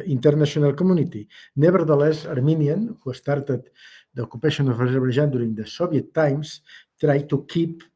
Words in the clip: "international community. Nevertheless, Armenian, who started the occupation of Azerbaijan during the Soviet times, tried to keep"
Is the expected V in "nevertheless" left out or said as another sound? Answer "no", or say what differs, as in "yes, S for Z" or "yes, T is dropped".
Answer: yes, B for V